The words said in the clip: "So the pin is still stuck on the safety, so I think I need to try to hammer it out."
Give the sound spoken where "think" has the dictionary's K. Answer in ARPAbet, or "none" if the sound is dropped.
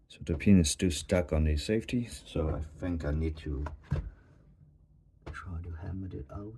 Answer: K